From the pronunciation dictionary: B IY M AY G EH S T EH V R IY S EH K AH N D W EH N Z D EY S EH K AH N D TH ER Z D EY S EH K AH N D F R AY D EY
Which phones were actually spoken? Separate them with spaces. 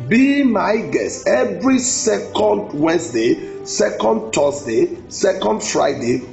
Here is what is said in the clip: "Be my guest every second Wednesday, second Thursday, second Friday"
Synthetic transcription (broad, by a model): B IY M AY G EH S T EH V R IY S EH K AH N D W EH N S D EY S EH K AH N D T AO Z D EY S EH K AH N D F R AY D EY